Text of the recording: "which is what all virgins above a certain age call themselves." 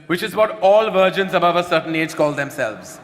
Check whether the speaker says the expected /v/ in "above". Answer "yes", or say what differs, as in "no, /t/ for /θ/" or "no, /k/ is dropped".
yes